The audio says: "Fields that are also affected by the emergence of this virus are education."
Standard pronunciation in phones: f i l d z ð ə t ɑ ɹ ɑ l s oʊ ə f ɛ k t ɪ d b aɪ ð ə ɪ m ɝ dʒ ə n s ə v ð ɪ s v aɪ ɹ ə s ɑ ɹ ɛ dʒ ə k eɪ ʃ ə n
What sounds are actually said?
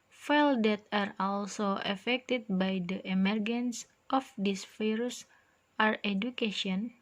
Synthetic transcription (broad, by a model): f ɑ l d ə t ɑ ɹ ɑ l s oʊ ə f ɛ k t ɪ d b aɪ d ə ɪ m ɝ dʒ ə n s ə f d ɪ s f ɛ ɹ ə s ɑ ɹ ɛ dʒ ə k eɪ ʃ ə n